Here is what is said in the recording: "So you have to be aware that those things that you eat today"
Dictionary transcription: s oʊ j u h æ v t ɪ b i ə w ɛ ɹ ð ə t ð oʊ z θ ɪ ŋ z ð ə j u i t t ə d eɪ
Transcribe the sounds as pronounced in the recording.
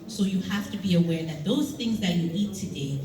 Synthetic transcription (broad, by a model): s oʊ j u h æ f t ɪ b i ə w ɛ ɹ ð ə t ð oʊ z θ ɪ ŋ z ð ə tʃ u i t t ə d eɪ